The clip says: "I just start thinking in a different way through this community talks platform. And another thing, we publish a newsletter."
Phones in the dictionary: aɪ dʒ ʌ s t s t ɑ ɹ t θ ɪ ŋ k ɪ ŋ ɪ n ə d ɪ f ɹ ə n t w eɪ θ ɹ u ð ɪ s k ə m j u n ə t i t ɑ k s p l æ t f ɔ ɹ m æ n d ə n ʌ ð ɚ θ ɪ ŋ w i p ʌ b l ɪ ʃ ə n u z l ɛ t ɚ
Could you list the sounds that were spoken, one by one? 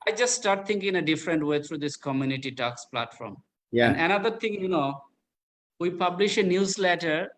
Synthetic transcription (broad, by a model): aɪ dʒ ʌ s t s t ɑ ɹ t t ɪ ŋ k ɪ ŋ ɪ ə d ɪ f ɹ ə n t w eɪ t ɹ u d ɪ s k ə m j u n ə t i t ɑ k s p l æ t f ɔ ɹ m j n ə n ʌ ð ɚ t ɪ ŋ w i p ʌ b l ɪ ʃ ə n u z l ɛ t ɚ